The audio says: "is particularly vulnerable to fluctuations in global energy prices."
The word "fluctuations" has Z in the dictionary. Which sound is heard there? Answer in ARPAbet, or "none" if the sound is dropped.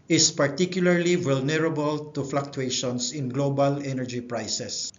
S